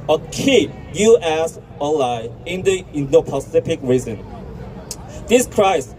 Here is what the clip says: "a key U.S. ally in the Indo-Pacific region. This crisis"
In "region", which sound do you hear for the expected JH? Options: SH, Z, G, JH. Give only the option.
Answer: Z